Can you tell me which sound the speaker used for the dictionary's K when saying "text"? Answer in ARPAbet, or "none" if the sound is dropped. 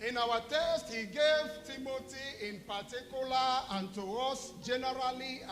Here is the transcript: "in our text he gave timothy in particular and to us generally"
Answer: none